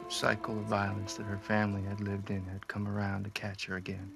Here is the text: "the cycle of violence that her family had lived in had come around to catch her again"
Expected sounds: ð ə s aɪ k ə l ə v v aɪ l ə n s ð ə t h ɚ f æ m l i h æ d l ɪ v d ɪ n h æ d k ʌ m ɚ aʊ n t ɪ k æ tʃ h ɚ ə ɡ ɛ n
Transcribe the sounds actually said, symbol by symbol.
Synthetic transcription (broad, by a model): s aɪ k l ə v v aɪ l ə n s ð ə t h ɚ f æ m l i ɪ d l ɪ v d ɪ n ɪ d k ʌ m ɚ aʊ n t ɪ k æ tʃ h ɚ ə ɡ ɛ n